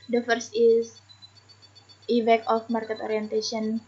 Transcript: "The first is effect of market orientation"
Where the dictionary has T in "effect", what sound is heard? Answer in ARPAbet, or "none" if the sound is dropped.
none